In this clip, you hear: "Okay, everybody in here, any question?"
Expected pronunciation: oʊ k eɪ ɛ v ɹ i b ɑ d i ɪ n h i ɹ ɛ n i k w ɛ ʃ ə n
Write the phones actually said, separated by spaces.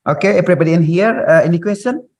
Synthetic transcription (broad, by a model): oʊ k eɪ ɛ p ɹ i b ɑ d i ɪ n h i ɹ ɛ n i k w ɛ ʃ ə n